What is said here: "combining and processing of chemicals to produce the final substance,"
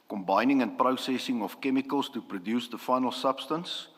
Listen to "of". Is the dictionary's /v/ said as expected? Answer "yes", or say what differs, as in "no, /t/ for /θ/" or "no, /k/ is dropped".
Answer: no, /f/ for /v/